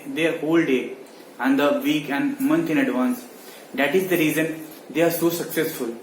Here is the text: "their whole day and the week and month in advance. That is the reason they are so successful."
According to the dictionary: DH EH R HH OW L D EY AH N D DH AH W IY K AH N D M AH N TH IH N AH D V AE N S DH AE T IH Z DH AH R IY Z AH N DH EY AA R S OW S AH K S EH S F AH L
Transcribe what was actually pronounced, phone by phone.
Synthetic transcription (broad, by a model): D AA R HH OW L D EY AH N D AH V IY K AH N D M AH N T IH N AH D V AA N S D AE T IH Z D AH R IY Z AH N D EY AA R S OW S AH K S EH S F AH L